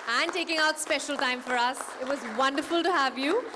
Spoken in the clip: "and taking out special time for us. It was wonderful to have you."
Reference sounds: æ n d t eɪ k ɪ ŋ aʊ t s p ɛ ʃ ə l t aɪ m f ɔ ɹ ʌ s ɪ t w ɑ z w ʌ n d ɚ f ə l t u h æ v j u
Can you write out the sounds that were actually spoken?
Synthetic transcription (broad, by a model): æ n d t eɪ k ɪ ŋ aʊ t s p ɛ ʃ ə l t aɪ m f ɔ ɹ ʌ s ɪ t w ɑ z w ʌ n d ɚ f ə l t u h æ v j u